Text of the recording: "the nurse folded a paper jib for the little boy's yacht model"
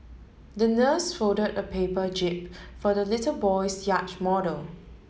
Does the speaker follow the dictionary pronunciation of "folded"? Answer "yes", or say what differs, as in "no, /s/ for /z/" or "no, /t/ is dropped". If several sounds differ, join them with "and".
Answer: no, /l/ is dropped